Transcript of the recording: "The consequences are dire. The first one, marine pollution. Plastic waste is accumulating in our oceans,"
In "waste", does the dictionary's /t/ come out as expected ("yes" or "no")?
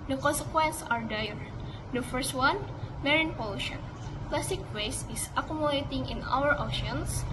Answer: no